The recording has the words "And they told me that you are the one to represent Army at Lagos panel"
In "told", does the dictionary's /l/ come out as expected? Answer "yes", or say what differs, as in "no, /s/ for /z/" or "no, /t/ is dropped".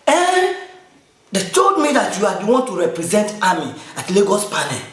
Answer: no, /l/ is dropped